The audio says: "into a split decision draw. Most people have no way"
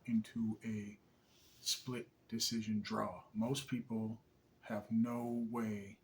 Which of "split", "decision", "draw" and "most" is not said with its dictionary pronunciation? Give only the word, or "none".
none